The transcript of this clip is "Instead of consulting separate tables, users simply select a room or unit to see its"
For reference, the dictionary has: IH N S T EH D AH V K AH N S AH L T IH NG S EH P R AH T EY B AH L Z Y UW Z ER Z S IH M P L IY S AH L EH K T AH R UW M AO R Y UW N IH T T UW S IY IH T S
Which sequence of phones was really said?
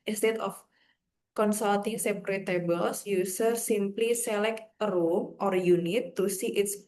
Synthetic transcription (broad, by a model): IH N S T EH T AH F K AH N S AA L T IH NG S EH P R AH T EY B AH L S Y UW S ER S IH M P L IY S AH L EH K T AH R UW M AO R Y UW N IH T T UW S IY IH T S